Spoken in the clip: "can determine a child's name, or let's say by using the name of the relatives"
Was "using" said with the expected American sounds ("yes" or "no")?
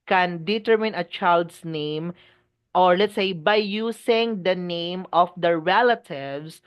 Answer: no